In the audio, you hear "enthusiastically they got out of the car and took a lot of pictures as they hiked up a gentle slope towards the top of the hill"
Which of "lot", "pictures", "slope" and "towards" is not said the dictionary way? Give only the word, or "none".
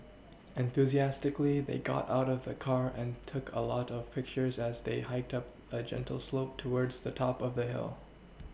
none